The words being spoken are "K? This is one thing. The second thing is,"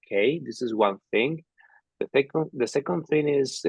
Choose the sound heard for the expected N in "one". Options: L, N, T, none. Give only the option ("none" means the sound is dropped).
N